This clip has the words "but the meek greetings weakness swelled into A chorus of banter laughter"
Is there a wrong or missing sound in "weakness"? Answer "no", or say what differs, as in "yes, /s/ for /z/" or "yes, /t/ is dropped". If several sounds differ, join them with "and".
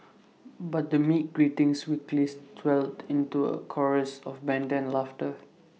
yes, /l/ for /n/